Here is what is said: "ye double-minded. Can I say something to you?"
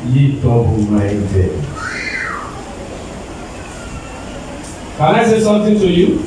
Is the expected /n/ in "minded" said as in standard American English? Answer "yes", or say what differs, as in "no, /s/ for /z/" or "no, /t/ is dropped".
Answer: no, /n/ is dropped